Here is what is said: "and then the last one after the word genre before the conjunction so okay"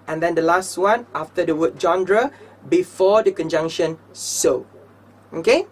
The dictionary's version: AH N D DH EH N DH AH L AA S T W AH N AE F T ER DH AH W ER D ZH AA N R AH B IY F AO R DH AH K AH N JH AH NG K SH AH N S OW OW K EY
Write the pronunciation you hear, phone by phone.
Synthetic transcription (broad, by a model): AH N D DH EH N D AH L AA S T W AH N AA F T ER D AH W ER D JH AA N R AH B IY F AO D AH K AH N JH AH NG K SH AH N S OW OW K EY